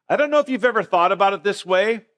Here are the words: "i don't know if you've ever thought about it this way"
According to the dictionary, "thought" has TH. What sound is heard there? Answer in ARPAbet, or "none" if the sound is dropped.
TH